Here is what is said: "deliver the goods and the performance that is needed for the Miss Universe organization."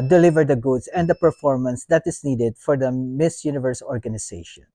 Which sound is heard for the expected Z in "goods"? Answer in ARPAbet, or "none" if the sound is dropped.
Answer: S